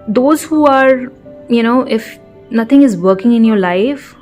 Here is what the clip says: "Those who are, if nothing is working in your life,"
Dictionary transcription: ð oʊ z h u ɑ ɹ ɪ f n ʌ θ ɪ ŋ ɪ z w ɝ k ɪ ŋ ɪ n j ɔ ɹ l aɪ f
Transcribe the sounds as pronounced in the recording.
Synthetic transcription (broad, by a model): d oʊ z h u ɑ ɹ ɪ f n ʌ t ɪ ŋ ɪ z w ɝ k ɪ ŋ ɪ n j ɔ ɹ l aɪ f